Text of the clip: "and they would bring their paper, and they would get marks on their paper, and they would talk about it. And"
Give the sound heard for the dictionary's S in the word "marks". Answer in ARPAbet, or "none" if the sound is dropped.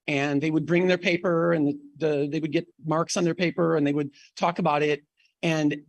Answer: S